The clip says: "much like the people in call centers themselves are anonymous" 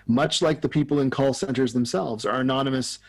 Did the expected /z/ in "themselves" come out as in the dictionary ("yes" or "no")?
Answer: yes